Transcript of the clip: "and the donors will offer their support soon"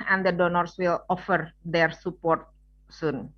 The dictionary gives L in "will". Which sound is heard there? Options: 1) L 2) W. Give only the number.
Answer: 1